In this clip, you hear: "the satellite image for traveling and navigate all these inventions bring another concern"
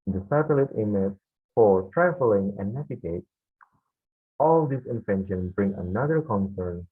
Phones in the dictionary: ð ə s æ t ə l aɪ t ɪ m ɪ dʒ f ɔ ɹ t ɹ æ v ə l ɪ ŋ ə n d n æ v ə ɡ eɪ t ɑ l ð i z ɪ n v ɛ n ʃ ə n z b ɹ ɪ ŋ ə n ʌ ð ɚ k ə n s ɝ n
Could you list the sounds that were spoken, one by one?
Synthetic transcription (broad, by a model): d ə s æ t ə l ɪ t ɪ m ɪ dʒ f ɔ ɹ t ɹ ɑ f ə l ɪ ŋ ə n n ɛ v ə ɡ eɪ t ɑ l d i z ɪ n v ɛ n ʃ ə n b ɹ ɪ ŋ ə n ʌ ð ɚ k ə n s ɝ n